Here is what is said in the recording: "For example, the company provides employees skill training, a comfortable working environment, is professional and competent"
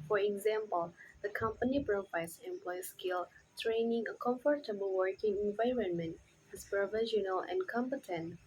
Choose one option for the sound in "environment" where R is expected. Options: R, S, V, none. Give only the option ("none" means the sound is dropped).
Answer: R